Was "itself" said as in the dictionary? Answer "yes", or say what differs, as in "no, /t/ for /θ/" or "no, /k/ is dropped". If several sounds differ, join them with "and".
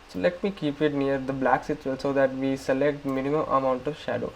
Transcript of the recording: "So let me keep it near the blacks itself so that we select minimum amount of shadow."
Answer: no, /s/ is dropped